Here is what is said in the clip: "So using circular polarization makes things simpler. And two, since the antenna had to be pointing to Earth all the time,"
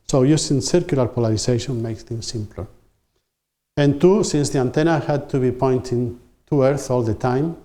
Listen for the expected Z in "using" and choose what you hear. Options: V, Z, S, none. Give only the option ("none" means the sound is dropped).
S